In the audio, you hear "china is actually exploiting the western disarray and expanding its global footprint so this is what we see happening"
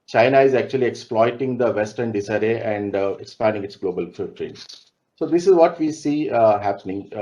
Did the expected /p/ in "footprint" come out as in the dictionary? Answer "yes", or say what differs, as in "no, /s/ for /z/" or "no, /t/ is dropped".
no, /p/ is dropped